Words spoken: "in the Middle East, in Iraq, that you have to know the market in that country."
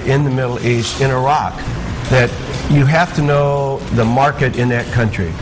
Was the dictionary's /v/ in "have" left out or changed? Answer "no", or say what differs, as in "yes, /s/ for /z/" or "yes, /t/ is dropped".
yes, /f/ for /v/